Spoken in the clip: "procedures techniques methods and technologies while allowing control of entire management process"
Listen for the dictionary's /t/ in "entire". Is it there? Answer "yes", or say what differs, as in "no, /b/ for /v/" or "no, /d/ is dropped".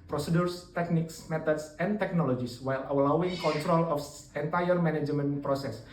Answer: yes